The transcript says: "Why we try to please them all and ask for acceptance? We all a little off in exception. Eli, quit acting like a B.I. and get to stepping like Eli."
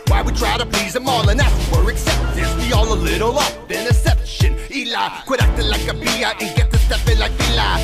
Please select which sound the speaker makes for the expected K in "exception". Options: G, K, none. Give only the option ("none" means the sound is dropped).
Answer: none